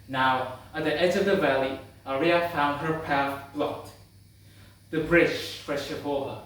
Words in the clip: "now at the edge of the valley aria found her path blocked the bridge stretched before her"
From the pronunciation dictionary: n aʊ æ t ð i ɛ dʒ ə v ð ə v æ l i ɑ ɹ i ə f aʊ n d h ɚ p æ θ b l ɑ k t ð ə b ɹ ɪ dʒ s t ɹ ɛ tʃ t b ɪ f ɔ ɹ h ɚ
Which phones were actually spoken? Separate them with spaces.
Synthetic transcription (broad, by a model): n aʊ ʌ t ð i ɛ dʒ ə v ð ə v æ l i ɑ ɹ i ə f aʊ n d h ɚ p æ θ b l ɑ t ð ə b ɹ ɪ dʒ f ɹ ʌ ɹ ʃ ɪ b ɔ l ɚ